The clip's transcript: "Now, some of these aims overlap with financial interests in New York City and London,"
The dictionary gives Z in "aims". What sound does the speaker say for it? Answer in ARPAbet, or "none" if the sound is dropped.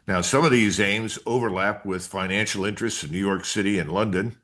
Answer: Z